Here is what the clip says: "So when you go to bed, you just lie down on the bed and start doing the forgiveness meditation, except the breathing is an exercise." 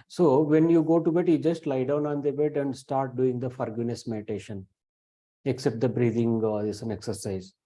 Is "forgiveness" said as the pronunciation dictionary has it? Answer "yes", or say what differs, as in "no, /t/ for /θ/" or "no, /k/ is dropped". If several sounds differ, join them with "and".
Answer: no, /v/ is dropped